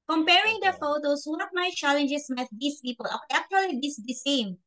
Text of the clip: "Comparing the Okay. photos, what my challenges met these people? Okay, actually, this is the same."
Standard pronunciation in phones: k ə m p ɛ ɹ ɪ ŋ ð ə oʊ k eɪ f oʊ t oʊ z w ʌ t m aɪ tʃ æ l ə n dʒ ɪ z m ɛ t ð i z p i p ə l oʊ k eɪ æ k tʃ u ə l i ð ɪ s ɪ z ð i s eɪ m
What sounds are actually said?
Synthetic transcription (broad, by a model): k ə m p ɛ ɹ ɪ ŋ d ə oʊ f oʊ t oʊ s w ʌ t m aɪ tʃ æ l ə n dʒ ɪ s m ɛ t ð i s p i p ə l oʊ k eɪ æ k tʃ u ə l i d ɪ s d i s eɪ m